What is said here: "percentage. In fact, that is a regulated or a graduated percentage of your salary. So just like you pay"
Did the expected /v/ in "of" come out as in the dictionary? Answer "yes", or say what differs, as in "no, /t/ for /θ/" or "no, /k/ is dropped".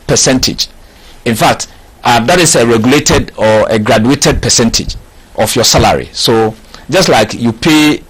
no, /f/ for /v/